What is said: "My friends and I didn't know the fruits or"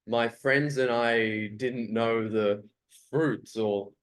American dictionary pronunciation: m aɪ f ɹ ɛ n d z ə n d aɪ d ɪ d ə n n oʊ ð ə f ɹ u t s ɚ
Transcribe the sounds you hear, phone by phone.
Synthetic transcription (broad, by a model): m aɪ f ɹ ɛ n d z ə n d aɪ d ɪ d n n oʊ ð ə f ɹ u t s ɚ